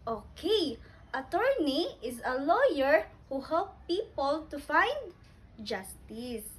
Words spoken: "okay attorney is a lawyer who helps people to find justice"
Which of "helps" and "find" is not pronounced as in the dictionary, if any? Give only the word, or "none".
helps